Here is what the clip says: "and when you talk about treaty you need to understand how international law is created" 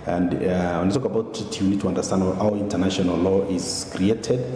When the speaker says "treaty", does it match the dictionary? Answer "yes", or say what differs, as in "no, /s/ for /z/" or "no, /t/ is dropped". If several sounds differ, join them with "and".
no, /ɹ/ is dropped